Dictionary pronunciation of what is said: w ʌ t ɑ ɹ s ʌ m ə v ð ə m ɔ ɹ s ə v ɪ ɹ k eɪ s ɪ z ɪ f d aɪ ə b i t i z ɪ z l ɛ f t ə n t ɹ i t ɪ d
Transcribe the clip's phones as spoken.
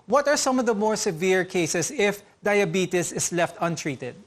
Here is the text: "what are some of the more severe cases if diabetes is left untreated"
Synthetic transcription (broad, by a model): w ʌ t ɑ ɹ s ʌ m ə v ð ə m ɔ ɹ s ə v ɪ ɹ k eɪ s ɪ s ɪ f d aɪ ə b i t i s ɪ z l ɛ f t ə n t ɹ i t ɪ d